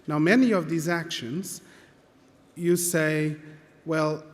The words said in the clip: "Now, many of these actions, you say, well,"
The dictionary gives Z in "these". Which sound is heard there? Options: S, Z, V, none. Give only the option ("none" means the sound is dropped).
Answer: Z